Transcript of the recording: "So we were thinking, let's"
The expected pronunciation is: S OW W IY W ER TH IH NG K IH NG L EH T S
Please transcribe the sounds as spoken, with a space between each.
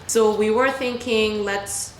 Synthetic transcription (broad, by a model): S OW W IY W ER TH IH NG K IH NG L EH T S